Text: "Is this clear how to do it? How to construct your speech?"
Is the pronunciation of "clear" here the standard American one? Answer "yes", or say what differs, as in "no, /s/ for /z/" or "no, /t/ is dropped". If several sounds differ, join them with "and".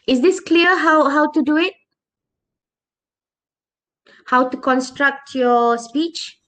no, /w/ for /ɹ/